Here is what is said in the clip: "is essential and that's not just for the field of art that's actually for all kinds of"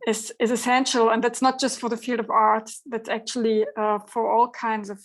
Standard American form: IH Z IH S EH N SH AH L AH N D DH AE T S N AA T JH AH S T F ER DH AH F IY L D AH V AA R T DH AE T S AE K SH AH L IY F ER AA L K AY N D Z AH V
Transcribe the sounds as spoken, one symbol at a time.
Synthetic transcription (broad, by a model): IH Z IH S EH N SH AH L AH N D DH AE T S N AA T JH AH S T F ER DH AH F IY L D AH V AA R T DH AE T S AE K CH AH L IY F ER AA L K AY N D Z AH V